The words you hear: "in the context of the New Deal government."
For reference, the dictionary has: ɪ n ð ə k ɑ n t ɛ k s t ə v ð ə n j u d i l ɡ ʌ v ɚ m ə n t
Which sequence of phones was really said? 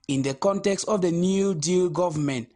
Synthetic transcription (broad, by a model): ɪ n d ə k ɑ n t ɛ k s t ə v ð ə n j u d i l ɡ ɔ v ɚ m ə n t